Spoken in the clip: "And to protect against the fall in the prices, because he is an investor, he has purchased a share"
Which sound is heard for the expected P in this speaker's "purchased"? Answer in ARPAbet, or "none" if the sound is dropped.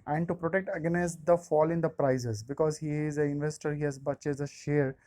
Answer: B